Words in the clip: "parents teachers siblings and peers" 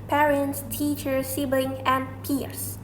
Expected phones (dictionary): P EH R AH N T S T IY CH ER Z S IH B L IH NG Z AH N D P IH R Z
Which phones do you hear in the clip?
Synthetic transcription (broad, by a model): P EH R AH N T S T IY CH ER S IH B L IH NG AH N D P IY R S